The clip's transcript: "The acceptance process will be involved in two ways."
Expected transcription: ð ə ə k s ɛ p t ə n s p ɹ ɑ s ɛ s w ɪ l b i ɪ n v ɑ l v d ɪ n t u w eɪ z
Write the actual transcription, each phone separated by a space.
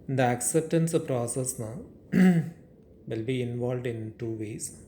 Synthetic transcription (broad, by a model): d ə ə k s ɛ p t ə n s p ɹ ɑ s ɛ s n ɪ l b i ɪ n v ɑ l v d ɪ n t u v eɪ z